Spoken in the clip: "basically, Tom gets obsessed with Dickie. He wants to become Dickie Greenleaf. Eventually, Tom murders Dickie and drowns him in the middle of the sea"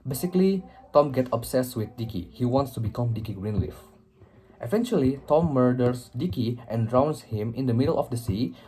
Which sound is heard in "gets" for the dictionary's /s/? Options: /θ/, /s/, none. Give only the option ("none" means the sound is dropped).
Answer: none